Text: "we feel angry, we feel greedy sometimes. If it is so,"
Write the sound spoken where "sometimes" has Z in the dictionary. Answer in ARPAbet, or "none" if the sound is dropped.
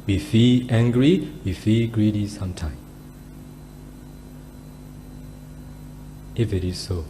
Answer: none